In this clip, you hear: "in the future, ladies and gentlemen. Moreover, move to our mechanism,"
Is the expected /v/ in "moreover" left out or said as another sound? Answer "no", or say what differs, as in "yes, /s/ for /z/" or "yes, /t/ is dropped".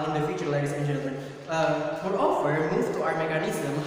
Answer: yes, /f/ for /v/